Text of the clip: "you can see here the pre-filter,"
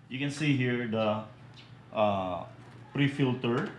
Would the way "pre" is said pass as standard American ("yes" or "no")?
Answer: yes